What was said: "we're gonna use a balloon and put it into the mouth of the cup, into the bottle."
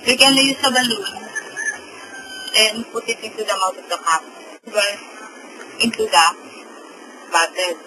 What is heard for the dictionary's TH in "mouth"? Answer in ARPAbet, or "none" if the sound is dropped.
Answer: T